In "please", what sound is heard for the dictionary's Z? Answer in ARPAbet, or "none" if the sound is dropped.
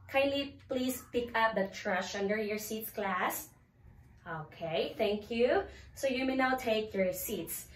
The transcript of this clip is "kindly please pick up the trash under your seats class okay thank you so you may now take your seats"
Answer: S